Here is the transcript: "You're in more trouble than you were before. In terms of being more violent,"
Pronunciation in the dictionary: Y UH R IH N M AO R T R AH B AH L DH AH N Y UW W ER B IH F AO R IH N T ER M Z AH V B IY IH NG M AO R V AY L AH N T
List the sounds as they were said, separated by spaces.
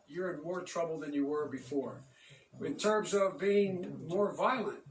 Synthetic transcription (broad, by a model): Y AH R IH N M AO R T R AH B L DH AH N Y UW W ER B IH F AO R IH N T ER M Z AH V B IY IH NG M AO R V AY L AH N T